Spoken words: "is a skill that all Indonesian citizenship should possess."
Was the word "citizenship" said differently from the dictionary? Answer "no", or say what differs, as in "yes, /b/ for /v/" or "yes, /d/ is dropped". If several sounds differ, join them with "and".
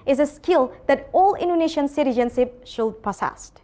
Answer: yes, /s/ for /ʃ/